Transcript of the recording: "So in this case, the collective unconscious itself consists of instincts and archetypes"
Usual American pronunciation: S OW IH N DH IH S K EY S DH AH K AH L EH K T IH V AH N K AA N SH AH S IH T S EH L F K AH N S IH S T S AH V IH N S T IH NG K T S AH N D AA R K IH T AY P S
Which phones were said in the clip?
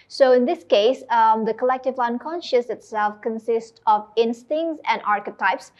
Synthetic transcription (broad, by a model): S OW IH N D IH S K EY S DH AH K AH L EH K T IH V AH N K AA N SH AH S IH T S EH L F K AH N S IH S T AH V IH N S T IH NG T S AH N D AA R K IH T AY P S